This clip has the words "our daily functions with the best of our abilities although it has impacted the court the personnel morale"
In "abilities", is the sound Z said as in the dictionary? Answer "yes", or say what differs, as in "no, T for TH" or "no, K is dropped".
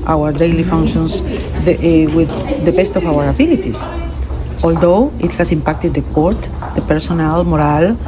no, S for Z